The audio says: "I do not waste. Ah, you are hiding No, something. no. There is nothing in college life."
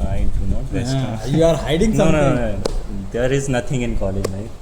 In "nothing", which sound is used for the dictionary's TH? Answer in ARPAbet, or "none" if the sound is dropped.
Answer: T